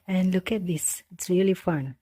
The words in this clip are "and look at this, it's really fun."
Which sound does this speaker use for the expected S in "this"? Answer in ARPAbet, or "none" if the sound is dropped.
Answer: S